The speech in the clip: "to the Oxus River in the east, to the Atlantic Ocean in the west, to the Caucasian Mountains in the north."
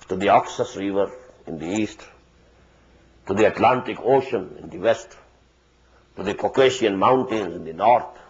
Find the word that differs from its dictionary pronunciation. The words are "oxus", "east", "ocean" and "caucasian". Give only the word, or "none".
caucasian